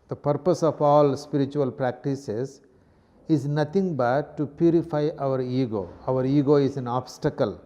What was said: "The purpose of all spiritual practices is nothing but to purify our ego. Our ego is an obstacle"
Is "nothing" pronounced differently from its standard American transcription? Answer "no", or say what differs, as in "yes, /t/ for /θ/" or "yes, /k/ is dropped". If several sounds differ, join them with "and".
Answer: yes, /t/ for /θ/